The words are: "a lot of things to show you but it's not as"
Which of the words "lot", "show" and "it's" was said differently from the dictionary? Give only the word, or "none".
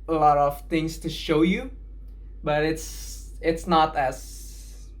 none